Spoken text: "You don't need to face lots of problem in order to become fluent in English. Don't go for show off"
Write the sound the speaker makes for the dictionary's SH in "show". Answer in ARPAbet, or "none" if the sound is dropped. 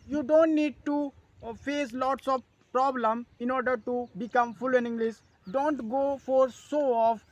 S